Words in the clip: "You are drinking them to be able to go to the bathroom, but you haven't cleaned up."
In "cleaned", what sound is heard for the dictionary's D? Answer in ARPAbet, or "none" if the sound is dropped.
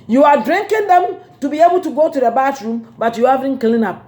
none